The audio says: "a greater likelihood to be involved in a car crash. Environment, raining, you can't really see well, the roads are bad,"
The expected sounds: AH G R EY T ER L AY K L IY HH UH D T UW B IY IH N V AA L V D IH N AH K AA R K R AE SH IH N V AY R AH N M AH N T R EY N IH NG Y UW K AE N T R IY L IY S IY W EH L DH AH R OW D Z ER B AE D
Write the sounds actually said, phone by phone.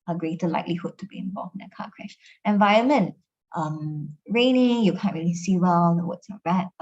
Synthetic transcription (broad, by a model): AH G R EY T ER L AY K L IY HH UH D T UW B IY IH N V AA L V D IH N AH K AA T K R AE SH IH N V AY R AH N M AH N T R EY N IH NG Y UW K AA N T R IY L IY S IY W EH L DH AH W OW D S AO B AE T